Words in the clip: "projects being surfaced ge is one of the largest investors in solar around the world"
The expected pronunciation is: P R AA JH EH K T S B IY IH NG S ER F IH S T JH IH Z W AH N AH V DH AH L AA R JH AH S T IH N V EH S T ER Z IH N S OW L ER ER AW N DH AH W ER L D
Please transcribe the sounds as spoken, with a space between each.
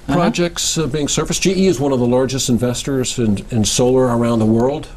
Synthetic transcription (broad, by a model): P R AA JH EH K T S B IY IH NG S ER F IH S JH IH Z W AH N AH V DH AH L AA R JH AH S T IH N V EH S T ER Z IH N S OW L ER ER AW N DH AH W ER L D